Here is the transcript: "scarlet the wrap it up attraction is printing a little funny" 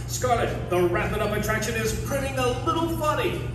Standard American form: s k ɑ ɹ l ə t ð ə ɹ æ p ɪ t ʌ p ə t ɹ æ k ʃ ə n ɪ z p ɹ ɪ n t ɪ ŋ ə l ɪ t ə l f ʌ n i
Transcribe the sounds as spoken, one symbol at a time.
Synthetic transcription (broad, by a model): s k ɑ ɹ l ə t ð ə ɹ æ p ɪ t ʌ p ə t ɹ æ k ʃ ə n ɪ z p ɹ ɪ t ɪ ŋ ə l ɪ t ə l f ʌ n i